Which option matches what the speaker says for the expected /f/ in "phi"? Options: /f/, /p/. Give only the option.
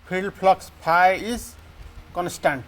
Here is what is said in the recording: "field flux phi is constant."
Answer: /p/